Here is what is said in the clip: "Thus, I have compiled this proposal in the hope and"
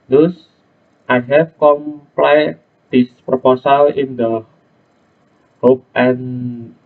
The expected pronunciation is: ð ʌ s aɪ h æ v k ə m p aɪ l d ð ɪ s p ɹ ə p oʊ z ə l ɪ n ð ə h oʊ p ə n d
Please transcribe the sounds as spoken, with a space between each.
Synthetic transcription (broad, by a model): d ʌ s aɪ h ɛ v k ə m p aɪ d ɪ s p ɹ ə p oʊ s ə l ɪ n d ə h oʊ p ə n